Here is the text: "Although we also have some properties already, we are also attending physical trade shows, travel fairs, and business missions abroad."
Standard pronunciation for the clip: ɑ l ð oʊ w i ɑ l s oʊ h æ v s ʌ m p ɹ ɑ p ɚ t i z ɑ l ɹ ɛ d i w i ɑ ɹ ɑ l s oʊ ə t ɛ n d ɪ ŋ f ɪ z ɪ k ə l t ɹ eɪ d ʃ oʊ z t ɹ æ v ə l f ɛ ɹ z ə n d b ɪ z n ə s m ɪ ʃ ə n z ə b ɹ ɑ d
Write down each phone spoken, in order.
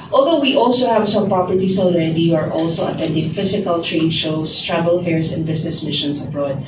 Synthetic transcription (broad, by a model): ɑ l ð oʊ w i ɑ l s oʊ h æ v s ʌ m p ɹ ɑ p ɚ t i s ɑ l ɹ ɛ d i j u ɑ ɹ ɑ l s oʊ ə t ɛ n d ɪ ŋ f ɪ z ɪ k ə l t ɹ eɪ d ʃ oʊ s t ɹ æ v ə l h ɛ ɹ s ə n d b ɪ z n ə s m ɪ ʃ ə n s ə b ɹ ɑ d